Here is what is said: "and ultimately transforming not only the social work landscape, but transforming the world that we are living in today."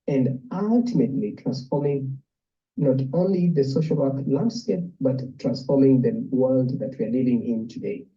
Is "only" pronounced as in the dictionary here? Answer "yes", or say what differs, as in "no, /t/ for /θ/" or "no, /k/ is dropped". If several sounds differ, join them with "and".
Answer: yes